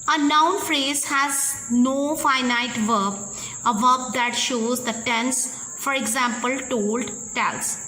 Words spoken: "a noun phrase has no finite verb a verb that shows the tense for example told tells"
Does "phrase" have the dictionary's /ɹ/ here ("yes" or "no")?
yes